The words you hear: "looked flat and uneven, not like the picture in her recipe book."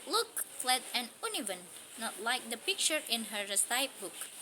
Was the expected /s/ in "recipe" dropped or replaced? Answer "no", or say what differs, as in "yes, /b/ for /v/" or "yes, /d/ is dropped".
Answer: yes, /s/ is dropped